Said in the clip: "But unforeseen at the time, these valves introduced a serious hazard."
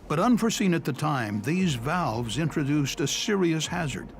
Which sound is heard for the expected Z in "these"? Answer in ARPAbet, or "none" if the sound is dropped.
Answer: Z